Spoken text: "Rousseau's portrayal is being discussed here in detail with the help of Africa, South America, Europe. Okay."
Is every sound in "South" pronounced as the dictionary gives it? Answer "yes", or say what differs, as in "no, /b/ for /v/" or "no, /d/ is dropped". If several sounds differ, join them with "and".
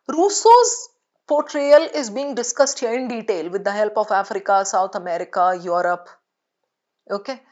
no, /t/ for /θ/